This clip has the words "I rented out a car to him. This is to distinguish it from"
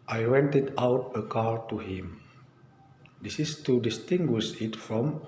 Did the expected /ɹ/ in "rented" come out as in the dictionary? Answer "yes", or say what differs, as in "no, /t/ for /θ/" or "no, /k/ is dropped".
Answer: no, /w/ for /ɹ/